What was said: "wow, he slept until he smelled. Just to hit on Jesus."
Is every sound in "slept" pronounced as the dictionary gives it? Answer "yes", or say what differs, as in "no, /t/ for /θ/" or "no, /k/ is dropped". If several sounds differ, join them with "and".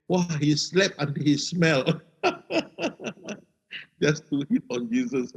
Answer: no, /t/ is dropped